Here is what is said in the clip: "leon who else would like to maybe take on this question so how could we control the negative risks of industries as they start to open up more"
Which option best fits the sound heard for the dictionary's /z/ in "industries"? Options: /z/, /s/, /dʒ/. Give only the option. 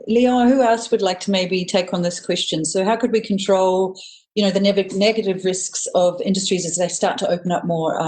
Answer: /z/